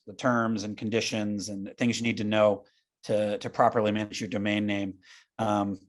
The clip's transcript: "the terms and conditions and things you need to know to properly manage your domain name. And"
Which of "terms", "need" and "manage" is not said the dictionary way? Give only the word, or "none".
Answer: none